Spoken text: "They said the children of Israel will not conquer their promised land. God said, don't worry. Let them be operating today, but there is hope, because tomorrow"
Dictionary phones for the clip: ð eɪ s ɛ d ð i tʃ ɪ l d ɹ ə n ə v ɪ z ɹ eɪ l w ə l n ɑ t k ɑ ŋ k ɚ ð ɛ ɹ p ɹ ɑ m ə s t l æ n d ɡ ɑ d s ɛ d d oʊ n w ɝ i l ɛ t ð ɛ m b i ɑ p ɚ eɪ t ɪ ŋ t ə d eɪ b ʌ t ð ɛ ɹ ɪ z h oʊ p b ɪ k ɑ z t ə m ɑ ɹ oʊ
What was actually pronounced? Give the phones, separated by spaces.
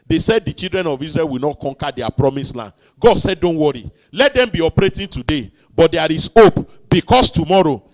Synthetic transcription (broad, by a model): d eɪ s ɛ d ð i tʃ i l d ɹ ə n ə v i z ɹ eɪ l w ə l n ɑ t k ɑ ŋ k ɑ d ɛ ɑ p ɹ ɑ m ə s l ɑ n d ɡ ɑ d s ɛ d d oʊ n w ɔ i l ɛ t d ɛ m b i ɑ p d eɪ t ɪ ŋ t ə d eɪ b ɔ t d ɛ ɹ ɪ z oʊ p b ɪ k ɑ s t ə m ɑ ɹ oʊ